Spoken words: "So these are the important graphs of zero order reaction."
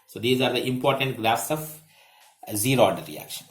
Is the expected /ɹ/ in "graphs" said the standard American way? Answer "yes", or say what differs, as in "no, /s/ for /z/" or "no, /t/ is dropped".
no, /l/ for /ɹ/